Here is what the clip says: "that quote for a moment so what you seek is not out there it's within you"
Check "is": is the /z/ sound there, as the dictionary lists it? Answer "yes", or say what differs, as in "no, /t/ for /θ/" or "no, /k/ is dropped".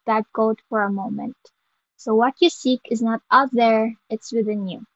yes